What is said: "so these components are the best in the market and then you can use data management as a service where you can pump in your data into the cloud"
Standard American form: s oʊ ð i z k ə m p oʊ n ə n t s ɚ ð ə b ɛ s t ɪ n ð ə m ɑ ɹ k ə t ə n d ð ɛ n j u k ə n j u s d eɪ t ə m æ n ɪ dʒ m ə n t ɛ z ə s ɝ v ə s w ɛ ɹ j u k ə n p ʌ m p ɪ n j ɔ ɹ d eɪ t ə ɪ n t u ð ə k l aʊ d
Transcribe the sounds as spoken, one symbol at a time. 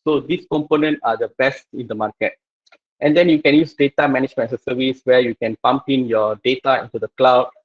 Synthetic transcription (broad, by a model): s oʊ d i s k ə m p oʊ n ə n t ɑ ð ə b ɛ s t ɪ n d ə m ɑ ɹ k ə t ə n d ɛ n j u k ə n j u s d eɪ t ə m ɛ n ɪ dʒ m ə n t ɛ ə s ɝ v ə s w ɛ j u k ə n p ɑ m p ɪ n j ɔ d eɪ t ə ɪ n t u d ə k l aʊ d